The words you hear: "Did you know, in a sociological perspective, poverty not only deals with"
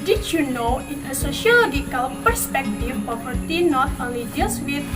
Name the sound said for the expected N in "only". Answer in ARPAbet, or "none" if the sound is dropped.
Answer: none